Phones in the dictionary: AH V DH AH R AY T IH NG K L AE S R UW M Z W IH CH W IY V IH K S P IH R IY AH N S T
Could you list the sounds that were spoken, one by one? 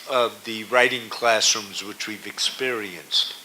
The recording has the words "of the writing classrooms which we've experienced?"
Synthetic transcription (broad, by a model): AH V DH AH R AY T IH NG K L AE S R UW M Z W IH CH W IY V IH K S P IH R IY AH N S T